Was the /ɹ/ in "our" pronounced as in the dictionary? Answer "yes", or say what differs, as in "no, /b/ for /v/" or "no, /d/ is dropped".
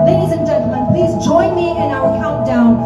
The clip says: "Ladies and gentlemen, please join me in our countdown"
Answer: no, /l/ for /ɹ/